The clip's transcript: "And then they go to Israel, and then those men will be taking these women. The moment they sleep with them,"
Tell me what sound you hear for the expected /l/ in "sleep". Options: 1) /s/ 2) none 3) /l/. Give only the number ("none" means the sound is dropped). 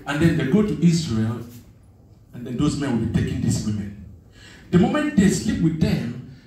3